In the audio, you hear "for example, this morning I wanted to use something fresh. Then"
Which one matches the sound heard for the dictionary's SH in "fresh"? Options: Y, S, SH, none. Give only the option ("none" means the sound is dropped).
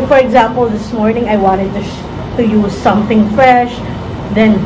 SH